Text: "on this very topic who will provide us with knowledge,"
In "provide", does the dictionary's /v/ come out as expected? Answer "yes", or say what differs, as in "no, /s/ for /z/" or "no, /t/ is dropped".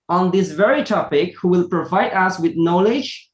yes